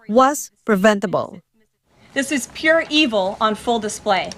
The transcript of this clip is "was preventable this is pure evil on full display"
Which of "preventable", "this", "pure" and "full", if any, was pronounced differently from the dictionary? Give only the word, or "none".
none